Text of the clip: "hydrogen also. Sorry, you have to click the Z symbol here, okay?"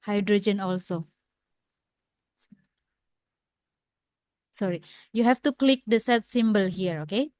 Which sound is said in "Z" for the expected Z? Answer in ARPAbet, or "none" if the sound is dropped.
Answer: S